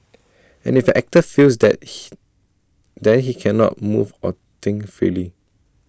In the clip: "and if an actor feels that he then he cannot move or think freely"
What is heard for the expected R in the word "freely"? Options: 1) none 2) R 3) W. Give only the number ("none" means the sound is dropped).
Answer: 2